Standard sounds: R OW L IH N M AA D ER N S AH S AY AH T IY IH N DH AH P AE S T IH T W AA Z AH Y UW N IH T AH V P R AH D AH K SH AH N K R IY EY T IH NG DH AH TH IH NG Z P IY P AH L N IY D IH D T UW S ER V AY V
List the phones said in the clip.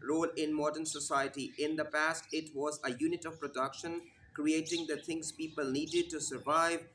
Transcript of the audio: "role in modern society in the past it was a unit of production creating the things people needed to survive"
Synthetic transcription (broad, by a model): R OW L IH N M AA D ER N S AH S AY AH T IY IH N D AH P AE S T IH T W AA Z AH Y UW N IH T AH V P R AH D AH K SH AH N K R IY EY T IH NG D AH T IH NG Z P IY P AH L N IY D IH D T UW S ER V AY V